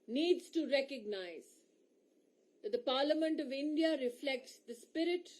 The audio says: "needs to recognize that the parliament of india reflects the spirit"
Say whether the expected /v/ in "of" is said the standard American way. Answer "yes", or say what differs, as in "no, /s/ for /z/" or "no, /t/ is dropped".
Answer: yes